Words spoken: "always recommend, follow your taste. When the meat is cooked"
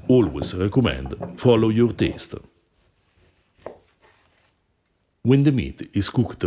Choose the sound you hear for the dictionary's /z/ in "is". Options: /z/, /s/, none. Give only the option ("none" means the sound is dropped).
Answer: /s/